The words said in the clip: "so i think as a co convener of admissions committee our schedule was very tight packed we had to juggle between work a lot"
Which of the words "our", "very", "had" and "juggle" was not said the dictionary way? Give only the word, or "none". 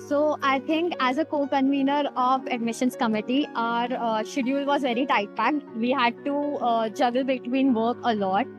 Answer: none